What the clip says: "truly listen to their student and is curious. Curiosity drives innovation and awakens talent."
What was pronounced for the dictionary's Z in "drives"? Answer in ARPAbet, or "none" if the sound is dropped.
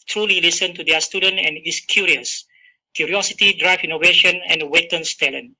none